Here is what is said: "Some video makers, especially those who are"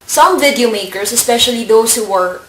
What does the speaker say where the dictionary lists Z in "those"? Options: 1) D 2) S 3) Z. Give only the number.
2